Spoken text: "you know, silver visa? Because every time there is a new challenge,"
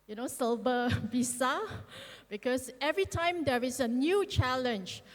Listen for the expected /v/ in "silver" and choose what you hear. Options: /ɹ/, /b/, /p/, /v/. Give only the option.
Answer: /b/